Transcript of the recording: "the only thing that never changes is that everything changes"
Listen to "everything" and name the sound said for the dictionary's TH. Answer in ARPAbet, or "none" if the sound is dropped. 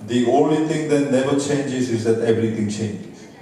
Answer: T